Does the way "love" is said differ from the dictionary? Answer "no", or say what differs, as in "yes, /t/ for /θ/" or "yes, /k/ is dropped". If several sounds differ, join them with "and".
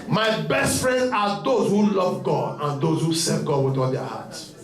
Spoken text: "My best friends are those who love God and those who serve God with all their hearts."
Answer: no